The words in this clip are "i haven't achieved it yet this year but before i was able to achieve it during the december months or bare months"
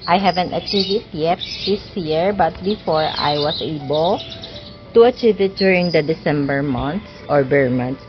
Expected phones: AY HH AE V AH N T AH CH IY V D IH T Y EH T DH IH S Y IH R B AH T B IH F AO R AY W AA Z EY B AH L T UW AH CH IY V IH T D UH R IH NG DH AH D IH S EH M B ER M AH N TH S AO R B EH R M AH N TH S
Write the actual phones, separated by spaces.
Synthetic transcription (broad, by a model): AY HH AE V AH N T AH CH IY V IH T Y EH T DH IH S Y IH R B AH T B IH F AO R AY W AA S EY B AH L T UW AH CH IY V IH T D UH R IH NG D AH D IH S EH M B ER M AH N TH S AO R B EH R M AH N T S